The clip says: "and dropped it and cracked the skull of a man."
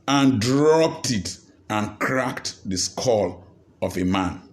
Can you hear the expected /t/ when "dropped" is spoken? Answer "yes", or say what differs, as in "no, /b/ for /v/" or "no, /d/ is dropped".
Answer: yes